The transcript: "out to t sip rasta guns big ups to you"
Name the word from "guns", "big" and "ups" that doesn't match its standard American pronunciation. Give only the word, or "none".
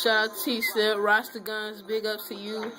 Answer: ups